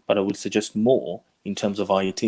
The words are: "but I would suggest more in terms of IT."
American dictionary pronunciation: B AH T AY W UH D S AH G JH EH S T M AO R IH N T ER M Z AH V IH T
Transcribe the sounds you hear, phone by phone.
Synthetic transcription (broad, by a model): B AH T AY W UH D S AH G JH EH S T M AO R IH N T ER M Z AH V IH T